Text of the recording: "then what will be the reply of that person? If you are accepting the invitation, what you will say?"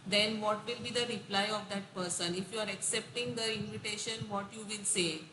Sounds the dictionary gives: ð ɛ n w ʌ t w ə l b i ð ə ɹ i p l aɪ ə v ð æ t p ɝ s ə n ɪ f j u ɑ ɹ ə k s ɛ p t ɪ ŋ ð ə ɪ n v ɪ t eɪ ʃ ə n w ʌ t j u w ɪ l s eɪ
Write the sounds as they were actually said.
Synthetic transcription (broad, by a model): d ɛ n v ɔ t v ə l b i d ə ɹ i p l aɪ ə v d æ t p ɝ s ə n ɪ f j u ɑ ɹ ə k s ɛ p t ɪ ŋ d ə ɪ n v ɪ t eɪ ʃ ə n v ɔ t j u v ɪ l s eɪ